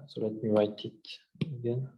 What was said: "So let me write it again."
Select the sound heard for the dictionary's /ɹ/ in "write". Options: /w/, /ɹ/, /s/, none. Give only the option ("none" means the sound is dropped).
/w/